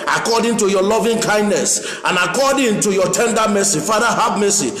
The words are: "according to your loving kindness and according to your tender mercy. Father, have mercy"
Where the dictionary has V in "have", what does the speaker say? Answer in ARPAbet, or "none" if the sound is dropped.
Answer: B